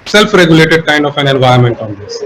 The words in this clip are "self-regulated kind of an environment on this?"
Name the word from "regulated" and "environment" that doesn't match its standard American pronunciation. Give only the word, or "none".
environment